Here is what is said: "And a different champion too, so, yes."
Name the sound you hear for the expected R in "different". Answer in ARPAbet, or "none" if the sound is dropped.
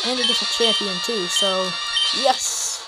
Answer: none